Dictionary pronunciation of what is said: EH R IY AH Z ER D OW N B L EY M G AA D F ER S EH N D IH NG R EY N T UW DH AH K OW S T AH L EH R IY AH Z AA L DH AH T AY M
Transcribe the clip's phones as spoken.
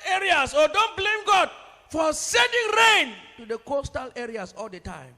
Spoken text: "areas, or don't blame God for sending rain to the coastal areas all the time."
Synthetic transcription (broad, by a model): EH R IY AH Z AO D OW N B L EY M G AA D F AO S EH N D IH NG R EY N T UW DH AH K OW S T AH L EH R IY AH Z AA L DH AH T AY M